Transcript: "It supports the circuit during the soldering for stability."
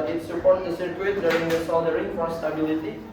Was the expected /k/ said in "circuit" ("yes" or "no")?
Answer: no